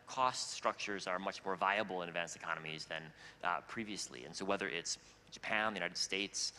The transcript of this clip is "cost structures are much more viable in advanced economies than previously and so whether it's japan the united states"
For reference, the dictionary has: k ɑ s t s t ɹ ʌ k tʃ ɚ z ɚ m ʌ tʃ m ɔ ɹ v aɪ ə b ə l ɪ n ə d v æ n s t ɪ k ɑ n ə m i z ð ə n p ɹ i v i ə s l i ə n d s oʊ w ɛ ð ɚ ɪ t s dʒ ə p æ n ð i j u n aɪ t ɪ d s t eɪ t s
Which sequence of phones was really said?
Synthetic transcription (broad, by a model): k ɑ s t s t ɹ ʌ k tʃ ɚ z ɚ m ʌ tʃ m ɔ ɹ v aɪ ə b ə l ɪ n ə d v æ n s t ɪ k ɑ n ə m i z ð ə n p ɹ i v i ə s l i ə n s oʊ w ɛ ð ɚ ɪ t s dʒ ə p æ n ð i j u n aɪ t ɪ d s t eɪ t s